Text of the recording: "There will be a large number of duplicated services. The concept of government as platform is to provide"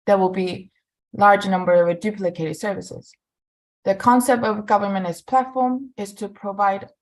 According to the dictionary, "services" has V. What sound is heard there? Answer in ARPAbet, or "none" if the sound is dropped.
V